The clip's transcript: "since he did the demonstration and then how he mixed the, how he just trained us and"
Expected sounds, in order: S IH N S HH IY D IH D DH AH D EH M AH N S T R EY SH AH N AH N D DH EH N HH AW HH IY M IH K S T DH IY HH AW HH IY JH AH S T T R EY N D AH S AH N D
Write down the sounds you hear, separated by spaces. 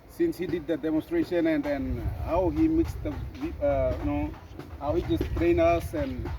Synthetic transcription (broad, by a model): S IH N S HH IY D IH D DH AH D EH M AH N S T R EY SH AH N AH N D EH N HH AW HH IY M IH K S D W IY HH AW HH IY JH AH S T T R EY N AH S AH N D